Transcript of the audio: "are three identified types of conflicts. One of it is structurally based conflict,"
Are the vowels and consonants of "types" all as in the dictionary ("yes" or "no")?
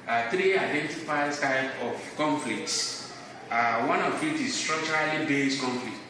no